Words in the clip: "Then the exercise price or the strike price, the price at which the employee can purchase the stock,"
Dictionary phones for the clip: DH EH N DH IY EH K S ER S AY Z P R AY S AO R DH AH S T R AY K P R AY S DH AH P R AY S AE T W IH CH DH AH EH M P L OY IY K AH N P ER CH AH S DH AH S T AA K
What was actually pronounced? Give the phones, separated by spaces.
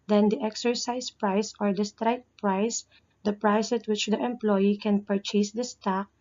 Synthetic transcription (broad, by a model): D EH N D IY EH K S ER S AY S P R AY S AO R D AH S T R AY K P R AY S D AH P R AY S T W IH CH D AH EH M P L OY IY K AH N P ER CH AH S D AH S T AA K